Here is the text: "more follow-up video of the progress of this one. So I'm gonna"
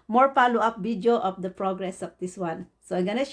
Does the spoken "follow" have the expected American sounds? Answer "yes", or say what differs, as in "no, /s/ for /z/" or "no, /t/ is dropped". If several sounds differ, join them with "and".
no, /p/ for /f/